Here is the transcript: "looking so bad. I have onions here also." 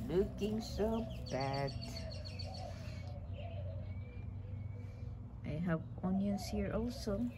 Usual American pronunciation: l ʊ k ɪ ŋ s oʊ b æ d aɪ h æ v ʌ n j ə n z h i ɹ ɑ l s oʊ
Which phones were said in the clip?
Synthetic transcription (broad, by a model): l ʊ k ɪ ŋ s oʊ b æ d aɪ h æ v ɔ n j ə n s h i ɹ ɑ l s oʊ